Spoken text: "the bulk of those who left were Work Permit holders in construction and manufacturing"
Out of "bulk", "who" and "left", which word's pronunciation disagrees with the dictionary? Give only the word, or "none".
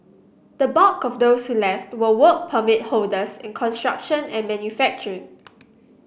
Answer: bulk